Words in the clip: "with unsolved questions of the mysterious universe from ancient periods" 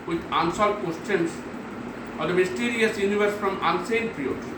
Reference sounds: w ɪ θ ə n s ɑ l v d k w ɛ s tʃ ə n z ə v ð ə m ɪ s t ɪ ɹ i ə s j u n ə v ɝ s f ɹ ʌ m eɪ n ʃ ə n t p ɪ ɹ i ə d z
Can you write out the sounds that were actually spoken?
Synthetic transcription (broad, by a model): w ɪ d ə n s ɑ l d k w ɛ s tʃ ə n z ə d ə m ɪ s t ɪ ɹ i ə s j u n ə v ɝ s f ɹ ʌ m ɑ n s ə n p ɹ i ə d